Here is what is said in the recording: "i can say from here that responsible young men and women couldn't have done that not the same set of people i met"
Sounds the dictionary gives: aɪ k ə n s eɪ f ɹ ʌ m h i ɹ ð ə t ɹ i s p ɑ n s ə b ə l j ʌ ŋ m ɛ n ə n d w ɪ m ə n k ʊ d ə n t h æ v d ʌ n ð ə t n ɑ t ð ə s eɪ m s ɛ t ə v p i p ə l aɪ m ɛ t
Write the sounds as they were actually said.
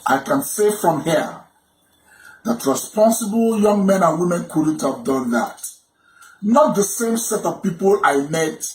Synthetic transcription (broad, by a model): aɪ k ə n s eɪ f ɹ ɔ m h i ð ə t ɹ i s p ɑ n s ə b ə l j ʌ ŋ m ɛ n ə n w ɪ m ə n k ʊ d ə n t h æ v d ʌ n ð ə t n ɑ t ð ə s eɪ m s ɛ t ə v p i p ə l aɪ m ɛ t